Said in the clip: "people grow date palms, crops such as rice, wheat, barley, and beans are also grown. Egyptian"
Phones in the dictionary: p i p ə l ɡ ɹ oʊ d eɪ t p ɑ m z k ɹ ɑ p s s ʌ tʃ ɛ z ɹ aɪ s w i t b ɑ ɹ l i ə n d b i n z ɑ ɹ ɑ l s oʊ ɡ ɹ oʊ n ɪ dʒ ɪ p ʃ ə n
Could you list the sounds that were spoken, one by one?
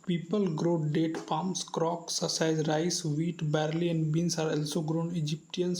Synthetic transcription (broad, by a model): p i p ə l ɡ ɹ oʊ d eɪ t p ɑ m s k ɹ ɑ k s s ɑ ɪ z ɹ aɪ s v i t b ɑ ɹ l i ə n d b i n s ɑ ɹ ɑ l s oʊ ɡ ɹ oʊ n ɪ dʒ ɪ p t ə n